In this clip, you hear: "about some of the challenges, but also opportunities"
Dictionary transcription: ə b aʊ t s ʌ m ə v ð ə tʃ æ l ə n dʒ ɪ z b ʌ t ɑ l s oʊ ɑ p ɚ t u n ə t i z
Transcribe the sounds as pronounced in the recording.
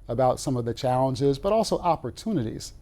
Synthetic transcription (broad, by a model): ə b aʊ t s ʌ m ə v ð ə tʃ æ l ə n dʒ ɪ z b ʌ t ɑ l s oʊ ɑ p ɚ t u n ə t i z